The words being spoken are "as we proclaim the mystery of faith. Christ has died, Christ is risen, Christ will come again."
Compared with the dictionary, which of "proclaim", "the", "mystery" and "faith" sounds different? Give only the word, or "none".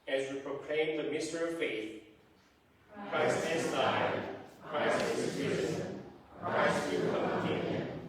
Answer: none